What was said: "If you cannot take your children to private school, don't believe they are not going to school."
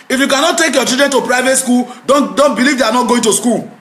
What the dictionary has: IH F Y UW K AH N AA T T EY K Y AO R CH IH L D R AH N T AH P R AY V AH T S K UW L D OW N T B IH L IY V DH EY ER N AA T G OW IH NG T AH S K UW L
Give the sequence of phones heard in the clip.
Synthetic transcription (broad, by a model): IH F Y UW K AH N AA T T EY K Y AO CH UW D R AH N T AH P R AY V AH T S K UW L D OW N T B IH L IY V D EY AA N AA T G OW IH NG T AH S K UW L